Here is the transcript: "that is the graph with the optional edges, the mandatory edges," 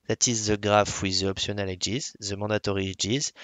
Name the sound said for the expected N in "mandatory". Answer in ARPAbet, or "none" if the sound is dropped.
none